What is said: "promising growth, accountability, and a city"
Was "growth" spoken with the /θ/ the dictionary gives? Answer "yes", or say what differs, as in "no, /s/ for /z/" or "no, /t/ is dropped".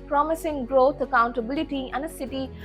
no, /t/ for /θ/